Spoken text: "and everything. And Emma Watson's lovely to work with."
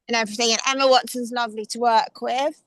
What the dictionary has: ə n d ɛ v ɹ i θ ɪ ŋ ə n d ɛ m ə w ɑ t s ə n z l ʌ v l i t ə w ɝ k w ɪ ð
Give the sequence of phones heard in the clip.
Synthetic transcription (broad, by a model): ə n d ɛ v ɹ i θ ɪ ŋ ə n ɛ m ə w ɑ t s ə n z l ʌ v l i t ə w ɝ k w ɪ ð